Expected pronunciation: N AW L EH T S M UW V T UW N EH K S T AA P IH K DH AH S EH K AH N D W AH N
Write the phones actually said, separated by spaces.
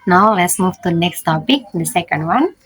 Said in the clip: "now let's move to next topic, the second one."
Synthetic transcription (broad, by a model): N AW L EH T S M UW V T UW N EH K S T AA P IH K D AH S EH K AH N D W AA N